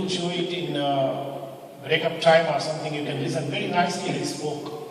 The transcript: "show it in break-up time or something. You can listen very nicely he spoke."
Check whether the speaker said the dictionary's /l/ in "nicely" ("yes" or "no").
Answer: no